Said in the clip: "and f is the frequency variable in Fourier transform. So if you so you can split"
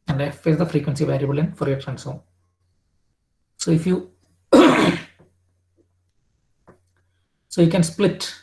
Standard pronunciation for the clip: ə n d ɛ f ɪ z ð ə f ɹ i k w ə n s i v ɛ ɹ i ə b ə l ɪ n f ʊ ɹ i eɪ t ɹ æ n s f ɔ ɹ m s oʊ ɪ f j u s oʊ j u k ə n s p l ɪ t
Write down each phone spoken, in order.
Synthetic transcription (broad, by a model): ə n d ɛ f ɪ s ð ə f ɹ i k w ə n s i v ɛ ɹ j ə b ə l ɪ n f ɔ ɹ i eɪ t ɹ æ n s ɔ s oʊ ɪ f j u s oʊ j u k ə n s p l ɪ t